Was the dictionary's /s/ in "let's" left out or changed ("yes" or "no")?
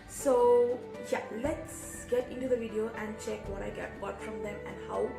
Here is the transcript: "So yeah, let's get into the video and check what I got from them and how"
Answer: no